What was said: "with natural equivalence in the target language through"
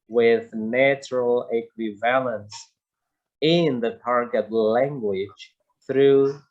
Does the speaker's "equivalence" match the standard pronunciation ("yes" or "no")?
yes